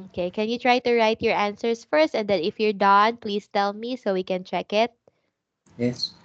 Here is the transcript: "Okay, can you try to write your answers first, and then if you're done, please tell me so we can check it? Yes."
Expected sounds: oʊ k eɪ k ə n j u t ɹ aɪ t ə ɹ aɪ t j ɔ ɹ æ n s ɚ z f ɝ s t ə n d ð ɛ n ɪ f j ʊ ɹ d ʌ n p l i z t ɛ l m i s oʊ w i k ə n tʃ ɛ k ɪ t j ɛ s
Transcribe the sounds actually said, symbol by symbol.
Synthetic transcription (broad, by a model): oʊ k eɪ k ə n j u t ɹ aɪ t ə ɹ aɪ t j ɔ ɹ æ n s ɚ s f ɝ s t ə n d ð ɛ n ɪ f j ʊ ɹ d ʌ n p l i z t ɛ l m i s oʊ w i k ə n tʃ ɛ k ɪ t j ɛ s